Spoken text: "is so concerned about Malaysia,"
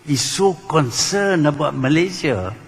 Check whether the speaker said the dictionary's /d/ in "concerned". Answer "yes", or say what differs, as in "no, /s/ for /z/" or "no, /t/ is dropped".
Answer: no, /d/ is dropped